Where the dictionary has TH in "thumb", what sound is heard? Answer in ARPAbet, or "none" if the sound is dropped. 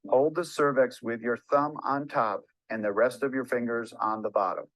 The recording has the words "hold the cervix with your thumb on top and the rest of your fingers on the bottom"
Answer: TH